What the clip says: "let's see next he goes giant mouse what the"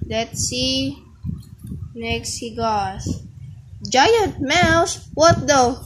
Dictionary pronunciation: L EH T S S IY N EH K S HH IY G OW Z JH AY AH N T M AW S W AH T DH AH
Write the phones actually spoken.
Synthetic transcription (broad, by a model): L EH T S S IY N EH K S HH IY G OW S JH AY AH N T M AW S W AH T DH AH